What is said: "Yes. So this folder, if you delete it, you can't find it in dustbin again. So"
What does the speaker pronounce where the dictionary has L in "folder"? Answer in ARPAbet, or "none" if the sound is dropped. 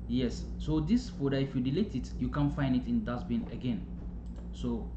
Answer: none